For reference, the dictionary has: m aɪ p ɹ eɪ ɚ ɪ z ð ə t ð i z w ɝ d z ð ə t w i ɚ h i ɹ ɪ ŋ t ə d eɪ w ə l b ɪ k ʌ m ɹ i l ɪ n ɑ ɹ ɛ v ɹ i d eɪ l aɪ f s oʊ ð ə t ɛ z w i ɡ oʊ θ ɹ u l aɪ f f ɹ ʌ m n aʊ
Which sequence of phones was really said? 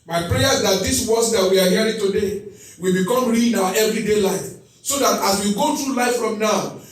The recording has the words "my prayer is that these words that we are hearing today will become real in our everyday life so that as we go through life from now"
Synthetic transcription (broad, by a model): m aɪ p ɹ eɪ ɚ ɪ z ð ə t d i s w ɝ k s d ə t w i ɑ h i ɹ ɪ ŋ t ə d eɪ w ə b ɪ k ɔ m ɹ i n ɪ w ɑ ɛ v ɹ i d eɪ l aɪ f s oʊ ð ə t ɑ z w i ɡ oʊ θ ɹ u l aɪ f f ɹ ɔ m n aʊ